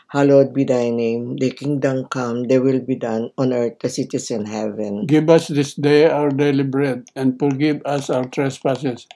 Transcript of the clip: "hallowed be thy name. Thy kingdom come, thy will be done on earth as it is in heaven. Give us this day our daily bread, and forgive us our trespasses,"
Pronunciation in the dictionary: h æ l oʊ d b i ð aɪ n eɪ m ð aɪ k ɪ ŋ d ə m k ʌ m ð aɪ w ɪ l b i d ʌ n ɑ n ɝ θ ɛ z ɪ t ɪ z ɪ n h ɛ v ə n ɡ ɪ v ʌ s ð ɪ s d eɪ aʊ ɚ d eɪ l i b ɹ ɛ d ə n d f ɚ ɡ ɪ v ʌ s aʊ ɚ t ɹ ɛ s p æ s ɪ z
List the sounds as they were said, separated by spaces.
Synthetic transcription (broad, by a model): h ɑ l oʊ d b i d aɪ n eɪ m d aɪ k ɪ ŋ d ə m k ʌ m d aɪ w ɪ l b i d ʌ n ɑ n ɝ t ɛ s ɪ t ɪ s ɪ n h ɛ v ə n ɡ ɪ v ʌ s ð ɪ s d eɪ aʊ ɚ d eɪ l i b ɹ ɛ d ə n d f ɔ ɡ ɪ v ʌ s aʊ ɚ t ɹ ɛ s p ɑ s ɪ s